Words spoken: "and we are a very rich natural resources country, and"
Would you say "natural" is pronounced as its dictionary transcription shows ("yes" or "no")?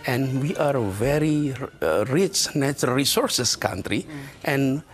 no